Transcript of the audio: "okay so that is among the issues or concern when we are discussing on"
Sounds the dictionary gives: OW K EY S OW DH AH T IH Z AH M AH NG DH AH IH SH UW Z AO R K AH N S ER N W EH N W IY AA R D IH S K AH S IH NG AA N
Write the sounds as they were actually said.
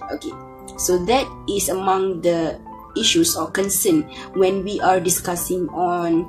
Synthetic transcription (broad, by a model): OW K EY S OW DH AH T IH S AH M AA NG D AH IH SH UW S AO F K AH N S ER N W EH N W IY AA R D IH S K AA S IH NG AA N